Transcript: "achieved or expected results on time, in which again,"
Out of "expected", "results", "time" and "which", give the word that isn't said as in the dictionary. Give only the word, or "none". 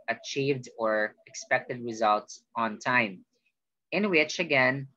none